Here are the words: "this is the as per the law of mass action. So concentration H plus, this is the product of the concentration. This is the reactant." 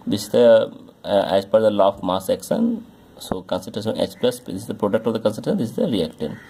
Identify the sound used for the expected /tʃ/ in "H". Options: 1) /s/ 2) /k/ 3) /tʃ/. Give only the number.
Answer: 1